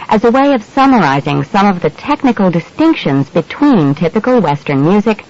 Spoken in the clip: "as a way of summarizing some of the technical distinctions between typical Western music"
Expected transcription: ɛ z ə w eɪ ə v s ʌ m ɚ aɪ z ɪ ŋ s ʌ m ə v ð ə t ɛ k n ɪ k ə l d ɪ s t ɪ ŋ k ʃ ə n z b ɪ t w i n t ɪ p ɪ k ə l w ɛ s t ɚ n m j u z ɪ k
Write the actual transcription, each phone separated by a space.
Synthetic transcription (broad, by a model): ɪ z ə w eɪ ə v s ʌ m ɚ aɪ z ɪ ŋ s ʌ m ə v ð ə t ɛ k n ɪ k l d ɪ s t ɪ ŋ k ʃ ə n z b ɪ t w i n t ɪ p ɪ k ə l w ɛ s t ɚ n m j u z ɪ k